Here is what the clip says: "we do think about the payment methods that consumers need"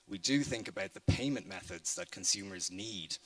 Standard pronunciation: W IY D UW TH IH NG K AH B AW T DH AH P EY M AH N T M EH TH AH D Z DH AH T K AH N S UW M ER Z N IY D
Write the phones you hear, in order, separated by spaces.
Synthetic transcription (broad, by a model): W IY D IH TH IH NG K AH B AW T DH AH P EY M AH N M EH TH AH D Z DH AH T K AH N S UW M ER Z N IY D